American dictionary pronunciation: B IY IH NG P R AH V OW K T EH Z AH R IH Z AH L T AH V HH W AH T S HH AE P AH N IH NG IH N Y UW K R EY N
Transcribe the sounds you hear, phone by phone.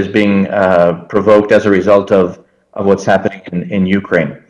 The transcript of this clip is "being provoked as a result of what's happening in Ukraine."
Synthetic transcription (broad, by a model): B IY IH NG P R AH V OW K T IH Z AH R IH Z AH L T AH V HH W AH T S HH AE P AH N IH NG IH N Y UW K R EY N